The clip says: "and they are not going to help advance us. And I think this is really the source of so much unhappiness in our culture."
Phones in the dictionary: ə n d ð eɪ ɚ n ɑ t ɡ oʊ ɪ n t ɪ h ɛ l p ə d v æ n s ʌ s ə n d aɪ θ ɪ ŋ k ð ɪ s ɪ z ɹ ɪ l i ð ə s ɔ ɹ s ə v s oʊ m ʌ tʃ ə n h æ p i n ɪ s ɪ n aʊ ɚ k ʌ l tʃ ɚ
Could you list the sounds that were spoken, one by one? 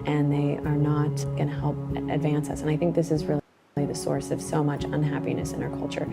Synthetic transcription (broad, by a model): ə n ð eɪ ɚ n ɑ t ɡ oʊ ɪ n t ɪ h ɛ l p ə d v æ n s ʌ s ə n aɪ θ ɪ ŋ k ð ɪ s ɪ z ɹ ɪ l i ð ə s ɔ ɹ s ə v s oʊ m ʌ tʃ ə n h æ p i n ɪ s ɪ n aʊ ɚ k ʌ l tʃ ɚ